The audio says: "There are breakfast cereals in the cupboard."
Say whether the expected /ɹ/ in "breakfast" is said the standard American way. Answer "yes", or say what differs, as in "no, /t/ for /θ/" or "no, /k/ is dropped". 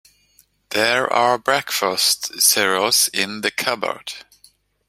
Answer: yes